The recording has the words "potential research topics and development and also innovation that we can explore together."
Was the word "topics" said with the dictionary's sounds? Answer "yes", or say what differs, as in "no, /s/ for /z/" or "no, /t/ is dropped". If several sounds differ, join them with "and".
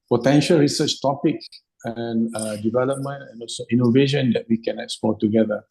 no, /s/ is dropped